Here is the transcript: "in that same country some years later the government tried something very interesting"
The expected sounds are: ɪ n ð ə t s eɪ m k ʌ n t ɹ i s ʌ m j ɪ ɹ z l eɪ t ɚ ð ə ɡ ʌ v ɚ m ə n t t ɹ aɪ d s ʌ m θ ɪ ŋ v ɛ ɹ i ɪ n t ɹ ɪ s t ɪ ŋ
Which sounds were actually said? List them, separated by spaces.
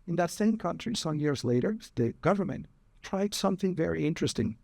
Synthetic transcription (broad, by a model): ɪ n ð ə t s eɪ m k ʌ n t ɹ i s ʌ m j ɪ ɹ z l eɪ t ɚ ð ə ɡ ʌ v ɚ m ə n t t ɹ aɪ d s ʌ m θ ɪ ŋ v ɛ ɹ i ɪ n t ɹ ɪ s t ɪ ŋ